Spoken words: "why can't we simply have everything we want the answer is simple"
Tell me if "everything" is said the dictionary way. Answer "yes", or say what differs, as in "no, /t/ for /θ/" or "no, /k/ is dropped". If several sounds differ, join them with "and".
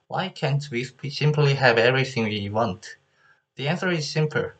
yes